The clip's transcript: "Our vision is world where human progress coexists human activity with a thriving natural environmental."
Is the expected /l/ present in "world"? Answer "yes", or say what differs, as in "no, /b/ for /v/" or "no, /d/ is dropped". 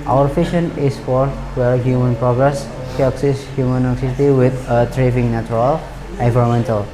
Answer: no, /l/ is dropped